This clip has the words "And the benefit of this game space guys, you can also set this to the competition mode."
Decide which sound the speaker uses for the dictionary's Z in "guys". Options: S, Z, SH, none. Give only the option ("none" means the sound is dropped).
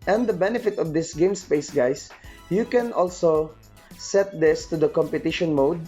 S